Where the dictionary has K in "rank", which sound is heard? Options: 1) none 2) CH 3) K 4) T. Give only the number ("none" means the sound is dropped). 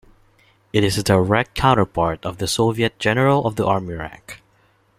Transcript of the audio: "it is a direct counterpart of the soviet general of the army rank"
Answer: 3